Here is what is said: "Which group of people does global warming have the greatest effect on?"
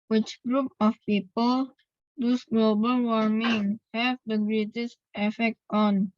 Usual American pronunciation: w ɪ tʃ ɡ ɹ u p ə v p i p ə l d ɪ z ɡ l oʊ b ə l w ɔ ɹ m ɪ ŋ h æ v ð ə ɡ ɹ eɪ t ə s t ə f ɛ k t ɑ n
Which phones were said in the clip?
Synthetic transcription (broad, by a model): w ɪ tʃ ɡ ɹ u p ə f p i p ə l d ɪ s ɡ l oʊ b ə l w ɔ ɹ m ɪ ŋ h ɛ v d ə ɡ ɹ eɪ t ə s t ə f ɛ k t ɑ n